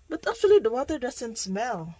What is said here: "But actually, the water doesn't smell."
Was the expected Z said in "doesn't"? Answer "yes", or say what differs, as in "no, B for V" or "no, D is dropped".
no, S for Z